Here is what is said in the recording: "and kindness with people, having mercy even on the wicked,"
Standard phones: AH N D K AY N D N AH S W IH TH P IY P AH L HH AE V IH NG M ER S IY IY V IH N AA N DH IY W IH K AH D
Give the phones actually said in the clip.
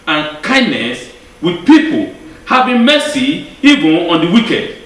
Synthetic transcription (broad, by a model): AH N K AY N D N AH S W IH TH P IY P AH L HH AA B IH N M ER S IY IY V IH N AA N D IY W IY K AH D